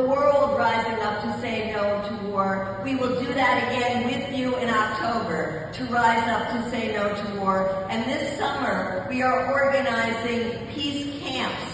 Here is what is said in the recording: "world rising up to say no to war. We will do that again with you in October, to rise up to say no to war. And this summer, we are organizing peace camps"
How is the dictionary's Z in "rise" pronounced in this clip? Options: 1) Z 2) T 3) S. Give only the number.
1